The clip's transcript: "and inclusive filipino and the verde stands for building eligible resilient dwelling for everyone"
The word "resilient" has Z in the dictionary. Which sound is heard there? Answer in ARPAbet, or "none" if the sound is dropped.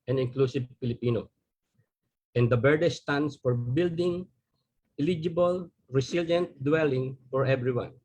S